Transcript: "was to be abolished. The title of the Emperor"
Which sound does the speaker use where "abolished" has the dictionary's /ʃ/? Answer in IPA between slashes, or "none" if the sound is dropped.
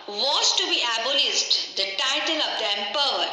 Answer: /s/